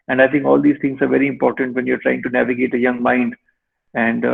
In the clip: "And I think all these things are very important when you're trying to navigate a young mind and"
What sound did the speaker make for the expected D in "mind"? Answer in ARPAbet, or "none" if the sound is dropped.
D